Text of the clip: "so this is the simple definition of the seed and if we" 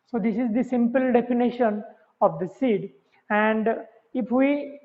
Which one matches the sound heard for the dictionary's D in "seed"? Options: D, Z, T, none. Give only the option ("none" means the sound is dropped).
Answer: D